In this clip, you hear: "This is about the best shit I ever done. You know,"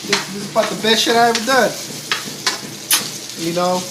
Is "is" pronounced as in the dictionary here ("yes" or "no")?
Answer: no